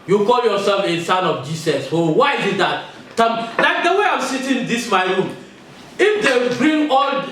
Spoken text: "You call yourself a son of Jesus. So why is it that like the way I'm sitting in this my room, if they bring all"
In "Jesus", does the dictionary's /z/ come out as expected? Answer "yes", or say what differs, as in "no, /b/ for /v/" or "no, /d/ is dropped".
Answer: no, /s/ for /z/